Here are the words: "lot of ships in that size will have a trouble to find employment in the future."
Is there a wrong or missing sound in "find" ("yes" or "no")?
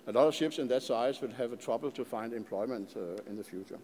no